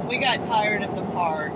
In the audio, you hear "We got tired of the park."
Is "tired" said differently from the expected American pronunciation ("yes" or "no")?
no